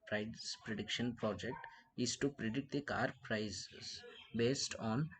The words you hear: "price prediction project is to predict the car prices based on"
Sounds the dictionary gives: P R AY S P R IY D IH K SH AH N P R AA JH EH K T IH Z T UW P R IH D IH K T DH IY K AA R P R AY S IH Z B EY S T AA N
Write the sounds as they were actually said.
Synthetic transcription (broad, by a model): P R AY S P R IY D IH K SH AH N P R AA JH EH K T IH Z T UW P R IH D IH K T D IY K AA R P R AY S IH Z B EY S T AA N